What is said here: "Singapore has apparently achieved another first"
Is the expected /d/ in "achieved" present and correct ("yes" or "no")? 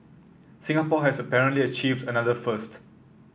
yes